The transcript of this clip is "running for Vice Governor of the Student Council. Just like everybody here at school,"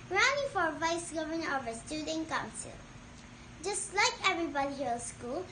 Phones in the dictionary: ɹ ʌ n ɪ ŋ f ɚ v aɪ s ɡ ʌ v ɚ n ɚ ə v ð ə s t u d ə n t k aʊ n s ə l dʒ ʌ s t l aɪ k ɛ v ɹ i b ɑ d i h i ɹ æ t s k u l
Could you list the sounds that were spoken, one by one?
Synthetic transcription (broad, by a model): ɹ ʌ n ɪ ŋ f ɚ v aɪ s ɡ ʌ v ɚ n ɚ ə v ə s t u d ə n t k aʊ n s ə l dʒ ʌ s t l aɪ k ɛ v ɹ i b ɑ d i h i s k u l